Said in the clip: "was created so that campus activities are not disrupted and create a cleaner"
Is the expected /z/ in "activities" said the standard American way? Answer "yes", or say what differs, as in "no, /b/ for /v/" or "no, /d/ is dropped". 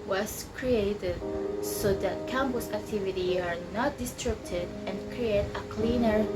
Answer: no, /z/ is dropped